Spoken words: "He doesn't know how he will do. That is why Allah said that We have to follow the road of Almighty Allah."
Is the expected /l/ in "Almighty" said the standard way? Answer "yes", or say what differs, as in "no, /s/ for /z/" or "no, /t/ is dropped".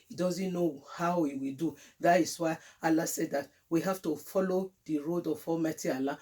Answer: no, /l/ is dropped